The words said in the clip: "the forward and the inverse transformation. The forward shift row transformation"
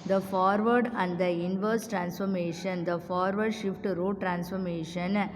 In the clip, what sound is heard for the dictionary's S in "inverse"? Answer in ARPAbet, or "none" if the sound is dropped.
S